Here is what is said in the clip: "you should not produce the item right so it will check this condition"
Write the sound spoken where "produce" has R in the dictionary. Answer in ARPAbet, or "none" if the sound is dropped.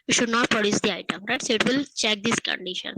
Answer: R